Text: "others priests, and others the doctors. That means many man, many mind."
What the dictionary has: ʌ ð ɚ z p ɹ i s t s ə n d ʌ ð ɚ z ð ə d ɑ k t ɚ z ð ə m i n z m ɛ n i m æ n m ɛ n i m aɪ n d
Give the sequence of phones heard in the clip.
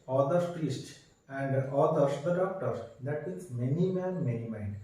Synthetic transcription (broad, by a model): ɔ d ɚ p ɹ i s t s ə n d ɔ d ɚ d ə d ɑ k t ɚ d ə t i z m ɛ n i m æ n m ɛ n i m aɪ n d